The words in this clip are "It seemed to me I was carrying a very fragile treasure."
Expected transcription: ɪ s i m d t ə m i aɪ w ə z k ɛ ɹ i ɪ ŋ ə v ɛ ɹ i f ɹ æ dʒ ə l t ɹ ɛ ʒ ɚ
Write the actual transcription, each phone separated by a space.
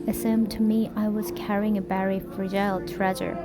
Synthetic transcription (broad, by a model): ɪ s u m t ə m i aɪ w ə z k ɛ ɹ i ɪ ŋ ə b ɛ ɹ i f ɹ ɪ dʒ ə l t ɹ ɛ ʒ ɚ